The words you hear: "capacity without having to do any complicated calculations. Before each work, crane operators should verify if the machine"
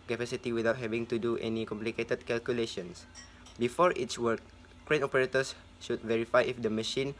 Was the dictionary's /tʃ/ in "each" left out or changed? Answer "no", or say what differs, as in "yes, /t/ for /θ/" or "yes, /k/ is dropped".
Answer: yes, /s/ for /tʃ/